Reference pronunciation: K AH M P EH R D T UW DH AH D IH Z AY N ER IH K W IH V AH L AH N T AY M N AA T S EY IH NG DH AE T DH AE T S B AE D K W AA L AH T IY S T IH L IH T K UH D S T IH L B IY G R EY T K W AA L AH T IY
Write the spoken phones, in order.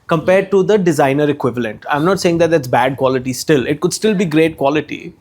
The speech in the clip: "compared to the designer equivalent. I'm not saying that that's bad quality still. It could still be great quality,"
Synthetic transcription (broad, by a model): K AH M P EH R D T UW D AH D IH Z AY N ER IH K W IH V AH L AH N T AY M N AA T S EY IH NG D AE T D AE T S B AE D K W AA L AH T IY S T IH L IH T K UH D S T IH L B IY G R EY T K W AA L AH T IY